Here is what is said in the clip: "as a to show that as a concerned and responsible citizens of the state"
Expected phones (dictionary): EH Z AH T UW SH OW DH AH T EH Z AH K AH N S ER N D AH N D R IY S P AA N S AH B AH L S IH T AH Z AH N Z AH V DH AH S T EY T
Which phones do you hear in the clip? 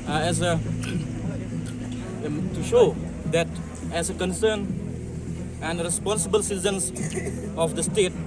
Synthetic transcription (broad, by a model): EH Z AH T UW SH OW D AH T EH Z AH K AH N S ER N AH N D R IY S P AA N S AH B AH L S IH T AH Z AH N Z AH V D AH S T EY T